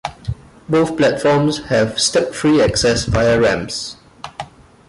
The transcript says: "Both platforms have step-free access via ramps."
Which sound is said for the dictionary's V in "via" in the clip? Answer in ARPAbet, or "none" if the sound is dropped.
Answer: F